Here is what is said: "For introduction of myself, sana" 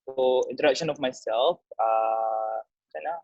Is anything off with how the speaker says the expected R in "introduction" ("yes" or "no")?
yes